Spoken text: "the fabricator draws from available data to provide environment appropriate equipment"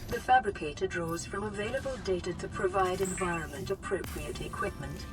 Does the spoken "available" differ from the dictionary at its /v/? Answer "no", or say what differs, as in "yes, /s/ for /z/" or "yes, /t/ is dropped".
no